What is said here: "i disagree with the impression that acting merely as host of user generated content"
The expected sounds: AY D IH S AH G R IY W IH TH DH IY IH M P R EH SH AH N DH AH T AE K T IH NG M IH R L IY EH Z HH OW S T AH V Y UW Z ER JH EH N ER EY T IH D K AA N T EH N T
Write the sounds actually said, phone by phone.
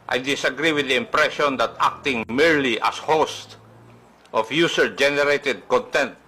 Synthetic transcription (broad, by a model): AY D IH S AH G R IY W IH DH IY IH M P R EH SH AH N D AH T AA K T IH NG M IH R L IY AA S HH OW S T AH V Y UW S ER JH EH N ER EY T IH D K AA N T EH N T